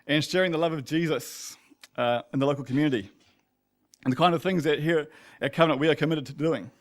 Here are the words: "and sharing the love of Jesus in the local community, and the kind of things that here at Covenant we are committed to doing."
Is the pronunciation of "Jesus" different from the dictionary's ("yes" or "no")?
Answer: no